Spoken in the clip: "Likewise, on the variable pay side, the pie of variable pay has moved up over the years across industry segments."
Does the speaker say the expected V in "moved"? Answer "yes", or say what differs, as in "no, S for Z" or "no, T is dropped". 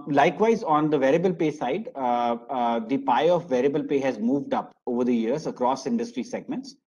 yes